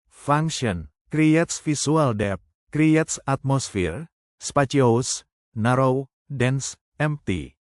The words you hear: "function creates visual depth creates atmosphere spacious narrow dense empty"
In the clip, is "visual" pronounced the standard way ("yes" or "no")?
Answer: no